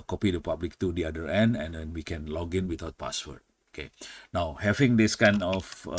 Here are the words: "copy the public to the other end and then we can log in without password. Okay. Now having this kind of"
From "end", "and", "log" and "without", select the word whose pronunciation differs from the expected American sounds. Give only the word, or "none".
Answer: without